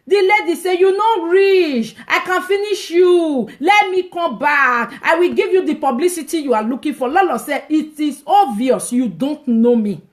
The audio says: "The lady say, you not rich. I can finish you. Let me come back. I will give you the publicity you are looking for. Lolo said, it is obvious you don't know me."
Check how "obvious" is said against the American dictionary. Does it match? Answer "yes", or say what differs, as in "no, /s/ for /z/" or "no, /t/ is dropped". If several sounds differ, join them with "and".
no, /b/ is dropped